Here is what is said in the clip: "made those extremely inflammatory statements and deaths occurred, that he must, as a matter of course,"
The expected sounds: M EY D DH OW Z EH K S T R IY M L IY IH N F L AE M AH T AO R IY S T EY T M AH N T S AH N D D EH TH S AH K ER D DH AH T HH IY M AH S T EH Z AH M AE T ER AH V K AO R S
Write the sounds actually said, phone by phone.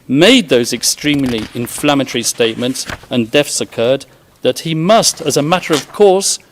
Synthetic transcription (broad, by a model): M EY D DH OW Z EH K S T R IY M L IY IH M F L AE M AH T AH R IY S T EY T M AH N T S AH N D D EH F S AH K ER D DH AH T HH IY M AH S T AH Z AH M AE T ER AH V K AO R S